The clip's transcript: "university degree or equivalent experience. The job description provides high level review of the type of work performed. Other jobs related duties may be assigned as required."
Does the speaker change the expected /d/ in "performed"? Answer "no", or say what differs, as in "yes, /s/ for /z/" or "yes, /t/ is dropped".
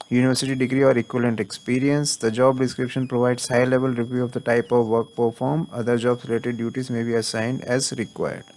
yes, /d/ is dropped